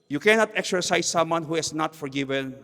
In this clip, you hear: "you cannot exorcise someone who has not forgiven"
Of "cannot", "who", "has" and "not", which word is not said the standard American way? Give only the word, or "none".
has